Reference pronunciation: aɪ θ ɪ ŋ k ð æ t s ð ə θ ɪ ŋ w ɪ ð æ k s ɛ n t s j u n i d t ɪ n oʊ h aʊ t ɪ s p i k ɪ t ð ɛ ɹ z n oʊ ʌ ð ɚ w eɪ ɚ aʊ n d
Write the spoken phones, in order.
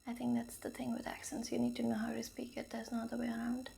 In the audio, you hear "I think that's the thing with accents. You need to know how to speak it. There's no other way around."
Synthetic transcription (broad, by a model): aɪ θ ɪ ŋ k ð æ t s ð ə θ ɪ ŋ w ɪ ð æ k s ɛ n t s j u n i d t ɪ n oʊ h aʊ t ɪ s p i k ɪ t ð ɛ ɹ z n oʊ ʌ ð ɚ w eɪ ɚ aʊ n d